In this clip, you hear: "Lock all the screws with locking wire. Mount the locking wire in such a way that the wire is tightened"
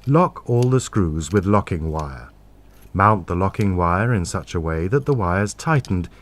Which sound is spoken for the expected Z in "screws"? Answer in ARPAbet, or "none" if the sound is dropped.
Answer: Z